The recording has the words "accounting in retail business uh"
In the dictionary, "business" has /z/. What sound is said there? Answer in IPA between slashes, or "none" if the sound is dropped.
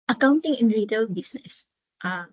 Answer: /s/